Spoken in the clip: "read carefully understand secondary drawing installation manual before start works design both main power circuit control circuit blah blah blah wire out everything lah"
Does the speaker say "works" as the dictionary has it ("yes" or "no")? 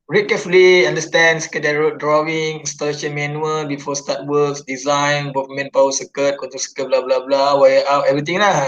no